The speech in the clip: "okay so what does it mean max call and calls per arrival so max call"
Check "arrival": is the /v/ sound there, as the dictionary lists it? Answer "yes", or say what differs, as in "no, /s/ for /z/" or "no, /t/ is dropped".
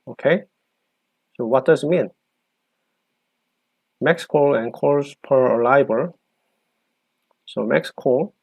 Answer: no, /b/ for /v/